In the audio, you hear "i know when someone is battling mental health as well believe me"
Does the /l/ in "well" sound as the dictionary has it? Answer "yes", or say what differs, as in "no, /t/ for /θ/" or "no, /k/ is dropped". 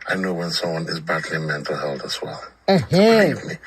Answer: yes